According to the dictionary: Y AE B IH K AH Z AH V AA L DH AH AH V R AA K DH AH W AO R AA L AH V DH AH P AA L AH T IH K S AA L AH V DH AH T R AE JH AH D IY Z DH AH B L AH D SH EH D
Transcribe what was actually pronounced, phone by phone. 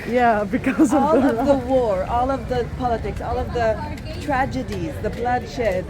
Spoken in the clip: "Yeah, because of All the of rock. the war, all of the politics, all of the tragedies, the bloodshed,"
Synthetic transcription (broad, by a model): Y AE B IH K AH Z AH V AA L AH AH V DH AH W AO R AA L AH V DH AH P AA L AH T IH K S AA L AH V DH AH T R AE JH AH D IY Z DH AH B L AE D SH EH